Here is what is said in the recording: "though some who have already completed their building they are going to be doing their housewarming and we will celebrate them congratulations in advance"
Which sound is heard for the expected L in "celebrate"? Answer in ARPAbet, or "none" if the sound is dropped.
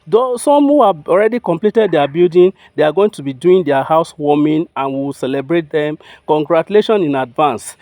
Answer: L